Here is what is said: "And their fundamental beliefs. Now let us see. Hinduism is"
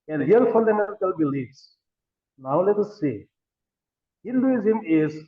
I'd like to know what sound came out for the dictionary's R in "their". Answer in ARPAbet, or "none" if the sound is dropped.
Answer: L